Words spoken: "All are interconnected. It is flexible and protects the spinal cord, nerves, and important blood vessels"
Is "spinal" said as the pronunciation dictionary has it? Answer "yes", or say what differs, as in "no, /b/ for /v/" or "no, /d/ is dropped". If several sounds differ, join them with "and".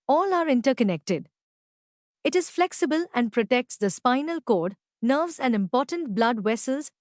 yes